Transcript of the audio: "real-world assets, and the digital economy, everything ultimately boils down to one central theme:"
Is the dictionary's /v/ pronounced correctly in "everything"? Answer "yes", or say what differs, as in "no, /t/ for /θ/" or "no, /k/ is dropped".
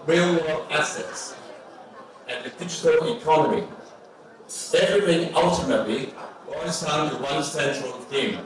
no, /v/ is dropped